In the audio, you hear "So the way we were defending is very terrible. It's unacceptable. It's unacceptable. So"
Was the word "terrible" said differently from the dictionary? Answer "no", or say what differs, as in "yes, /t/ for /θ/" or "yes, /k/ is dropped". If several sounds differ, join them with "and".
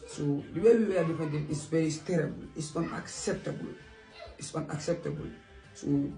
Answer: no